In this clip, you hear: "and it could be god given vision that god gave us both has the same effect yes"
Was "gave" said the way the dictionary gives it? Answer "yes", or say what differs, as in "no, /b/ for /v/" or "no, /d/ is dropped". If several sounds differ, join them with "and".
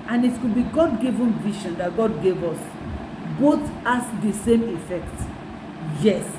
yes